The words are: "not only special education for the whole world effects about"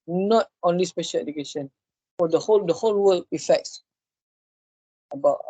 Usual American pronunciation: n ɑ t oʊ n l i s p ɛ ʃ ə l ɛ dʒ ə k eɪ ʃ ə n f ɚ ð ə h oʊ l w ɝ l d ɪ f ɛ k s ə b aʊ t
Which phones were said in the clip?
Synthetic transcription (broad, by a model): n ɑ t oʊ n l i s p ɛ ʃ ə l ɛ dʒ ə k eɪ ʃ ə n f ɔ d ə h oʊ l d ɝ l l ɪ f ɛ k s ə b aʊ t